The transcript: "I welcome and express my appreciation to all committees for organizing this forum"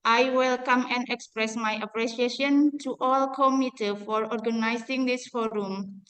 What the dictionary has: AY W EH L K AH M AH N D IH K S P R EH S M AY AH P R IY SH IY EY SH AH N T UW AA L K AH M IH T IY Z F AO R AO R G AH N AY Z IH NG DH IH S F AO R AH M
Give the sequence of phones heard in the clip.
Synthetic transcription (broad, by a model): AY W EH L K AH M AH N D IH K S P R EH S M AY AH P R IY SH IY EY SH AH N T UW AA L K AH M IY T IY F AO R AO R G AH N AY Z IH NG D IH S F AO R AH M